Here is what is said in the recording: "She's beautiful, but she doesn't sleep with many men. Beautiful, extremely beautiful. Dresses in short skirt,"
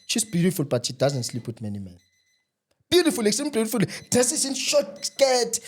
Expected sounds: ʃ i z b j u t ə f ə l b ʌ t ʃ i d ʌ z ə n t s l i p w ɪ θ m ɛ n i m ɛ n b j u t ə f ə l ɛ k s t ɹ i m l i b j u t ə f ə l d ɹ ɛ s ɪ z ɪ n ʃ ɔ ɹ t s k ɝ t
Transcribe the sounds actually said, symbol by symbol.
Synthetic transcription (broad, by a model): ʃ i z b j u t ə f ə l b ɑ t ʃ i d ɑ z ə n t s l i p w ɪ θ m ɛ n i m ɛ n b j u t ə f ə l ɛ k s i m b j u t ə f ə l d ɛ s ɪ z ɪ n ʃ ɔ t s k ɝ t